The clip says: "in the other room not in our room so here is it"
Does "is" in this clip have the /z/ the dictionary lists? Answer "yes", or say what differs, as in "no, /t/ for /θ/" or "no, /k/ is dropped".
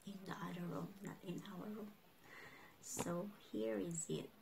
yes